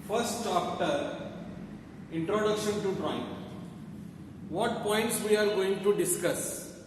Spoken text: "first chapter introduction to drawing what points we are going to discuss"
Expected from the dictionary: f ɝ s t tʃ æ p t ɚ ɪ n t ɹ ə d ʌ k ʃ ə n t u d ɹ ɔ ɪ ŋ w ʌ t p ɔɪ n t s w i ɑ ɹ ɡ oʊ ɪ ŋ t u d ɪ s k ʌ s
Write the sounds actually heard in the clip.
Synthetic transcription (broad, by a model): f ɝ s t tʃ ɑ f t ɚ ɪ n t ɹ ə d ʌ k ʃ ə n t u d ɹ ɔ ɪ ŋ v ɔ t p ɔɪ n t s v i ɑ ɹ ɡ oʊ ɪ ŋ t u d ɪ s k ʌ s